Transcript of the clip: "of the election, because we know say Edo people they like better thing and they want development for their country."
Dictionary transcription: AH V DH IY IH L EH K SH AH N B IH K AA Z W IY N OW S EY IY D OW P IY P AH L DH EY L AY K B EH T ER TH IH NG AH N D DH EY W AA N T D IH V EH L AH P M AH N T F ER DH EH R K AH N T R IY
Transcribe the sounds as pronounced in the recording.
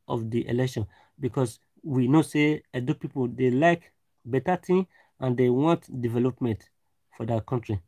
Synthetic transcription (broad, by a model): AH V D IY IH L EH K SH AH N B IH K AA S W IY N OW S EY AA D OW P IY P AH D EY L AY K B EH T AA T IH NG AH N D EY W AA N T D IH V EH L AH P M AH N T F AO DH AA K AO N T R IY